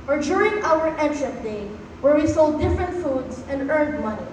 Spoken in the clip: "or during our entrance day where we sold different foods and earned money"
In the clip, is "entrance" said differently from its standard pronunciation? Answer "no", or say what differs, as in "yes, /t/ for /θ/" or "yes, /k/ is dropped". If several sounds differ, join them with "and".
yes, /s/ is dropped